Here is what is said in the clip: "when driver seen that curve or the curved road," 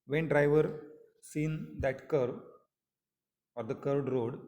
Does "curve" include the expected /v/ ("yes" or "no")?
no